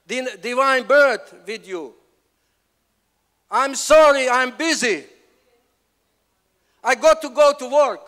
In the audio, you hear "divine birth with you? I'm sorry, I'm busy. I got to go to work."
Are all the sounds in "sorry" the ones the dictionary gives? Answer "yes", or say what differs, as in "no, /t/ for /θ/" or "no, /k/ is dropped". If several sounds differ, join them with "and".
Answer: yes